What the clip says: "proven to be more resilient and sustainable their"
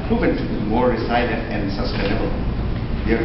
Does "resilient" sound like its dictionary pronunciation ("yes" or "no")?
no